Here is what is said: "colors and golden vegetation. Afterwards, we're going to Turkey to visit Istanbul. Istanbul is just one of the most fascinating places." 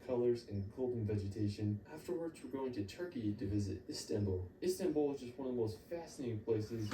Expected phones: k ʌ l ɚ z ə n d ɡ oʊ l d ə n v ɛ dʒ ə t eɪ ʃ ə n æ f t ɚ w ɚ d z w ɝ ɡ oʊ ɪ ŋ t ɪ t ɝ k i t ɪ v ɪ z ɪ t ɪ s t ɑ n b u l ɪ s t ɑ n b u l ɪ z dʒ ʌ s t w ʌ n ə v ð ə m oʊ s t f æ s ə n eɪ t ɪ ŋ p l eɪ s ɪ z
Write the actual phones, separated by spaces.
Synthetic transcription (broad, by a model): k ʌ l ɚ z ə n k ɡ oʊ l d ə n v ɛ dʒ ə t eɪ ʃ ə n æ f t ɚ w ɚ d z w ɝ ɡ oʊ ɪ ŋ t ɪ t ɝ k i t ɪ v ɪ z ɪ t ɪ s t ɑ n b l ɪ s t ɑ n b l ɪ z dʒ ʌ s t w ʌ n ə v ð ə m oʊ s t f æ s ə n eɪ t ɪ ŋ p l eɪ s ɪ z